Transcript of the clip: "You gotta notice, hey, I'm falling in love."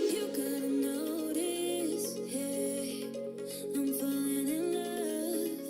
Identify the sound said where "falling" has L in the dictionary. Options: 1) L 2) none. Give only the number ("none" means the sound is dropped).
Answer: 2